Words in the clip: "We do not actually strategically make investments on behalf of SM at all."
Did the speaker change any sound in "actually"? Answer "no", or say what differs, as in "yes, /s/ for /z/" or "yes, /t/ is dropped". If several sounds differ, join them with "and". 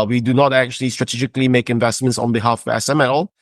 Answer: no